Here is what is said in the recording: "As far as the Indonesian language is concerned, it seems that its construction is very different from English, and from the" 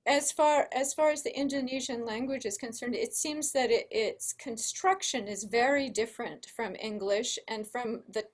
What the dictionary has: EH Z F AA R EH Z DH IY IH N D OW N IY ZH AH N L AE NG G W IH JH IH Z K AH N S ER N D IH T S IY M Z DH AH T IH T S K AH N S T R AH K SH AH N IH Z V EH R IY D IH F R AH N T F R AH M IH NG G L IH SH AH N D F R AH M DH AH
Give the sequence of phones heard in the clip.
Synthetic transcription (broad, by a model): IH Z F AA R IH Z DH IY IH N D OW N IY ZH AH N L AE NG G W IH JH IH Z K AH N S ER N D IH T S IY M Z DH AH T IH T S K AH N S T R AH K SH AH N IH Z V EH R IY D IH F R AH N T F R AH M IH NG G L IH SH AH N F R AH M DH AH